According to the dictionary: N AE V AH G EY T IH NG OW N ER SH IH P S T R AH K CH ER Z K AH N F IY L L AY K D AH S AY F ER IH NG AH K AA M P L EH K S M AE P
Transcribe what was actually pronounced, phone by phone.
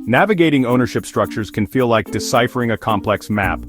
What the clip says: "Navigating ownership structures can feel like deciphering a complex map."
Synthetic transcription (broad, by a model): N AE V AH G EY T IH NG OW N ER SH IH P S T R AH K CH ER Z K AH N F IY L L AY K D AH S AY F ER IH NG AH K AA M P L EH K S M AE P